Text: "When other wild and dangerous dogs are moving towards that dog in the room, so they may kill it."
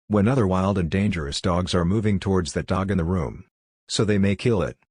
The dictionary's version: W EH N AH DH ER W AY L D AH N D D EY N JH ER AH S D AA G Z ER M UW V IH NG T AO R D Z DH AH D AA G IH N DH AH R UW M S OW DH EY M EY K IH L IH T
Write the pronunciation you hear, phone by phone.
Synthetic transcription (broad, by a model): W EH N AH DH ER W AY L D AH N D D EY N JH ER AH S D AA G Z ER M UW V IH NG T AO R D Z DH AH D AA G IH N DH AH R UW M S OW DH EY M EY K IH L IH T